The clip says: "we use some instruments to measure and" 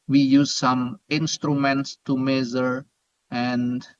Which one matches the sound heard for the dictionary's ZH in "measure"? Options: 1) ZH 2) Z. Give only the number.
2